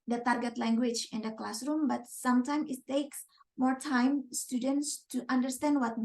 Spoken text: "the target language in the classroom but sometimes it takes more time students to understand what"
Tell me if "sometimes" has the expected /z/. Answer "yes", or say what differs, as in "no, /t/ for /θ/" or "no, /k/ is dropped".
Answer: no, /z/ is dropped